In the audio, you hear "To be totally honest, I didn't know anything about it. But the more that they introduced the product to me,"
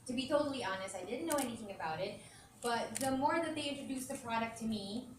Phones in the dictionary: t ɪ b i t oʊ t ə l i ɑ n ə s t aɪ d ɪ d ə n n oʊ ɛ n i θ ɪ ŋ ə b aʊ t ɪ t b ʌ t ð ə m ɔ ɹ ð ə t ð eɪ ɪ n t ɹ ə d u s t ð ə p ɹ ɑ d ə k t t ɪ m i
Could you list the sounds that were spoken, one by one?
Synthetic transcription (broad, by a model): t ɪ b i t oʊ t l i ɑ n ə s t aɪ d ɪ d n n oʊ ɛ n i θ ɪ ŋ ə b aʊ t ɪ t b ʌ t ð ə m ɔ ɹ ð ə t ð eɪ ɪ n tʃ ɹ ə d u s ð ə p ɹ ɑ d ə k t t ɪ m i